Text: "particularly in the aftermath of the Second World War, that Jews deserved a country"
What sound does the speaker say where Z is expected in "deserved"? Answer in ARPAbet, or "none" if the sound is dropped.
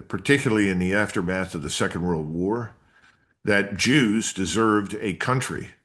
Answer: Z